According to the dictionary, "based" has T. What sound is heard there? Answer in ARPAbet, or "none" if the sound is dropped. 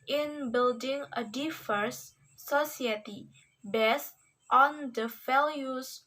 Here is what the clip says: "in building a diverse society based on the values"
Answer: T